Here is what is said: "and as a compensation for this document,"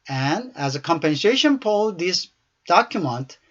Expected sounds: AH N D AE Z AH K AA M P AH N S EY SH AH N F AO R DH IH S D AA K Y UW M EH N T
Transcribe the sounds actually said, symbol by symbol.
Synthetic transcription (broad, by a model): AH N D AE Z AH K AA M P AH N S EY SH AH N P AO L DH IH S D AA K Y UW M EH N T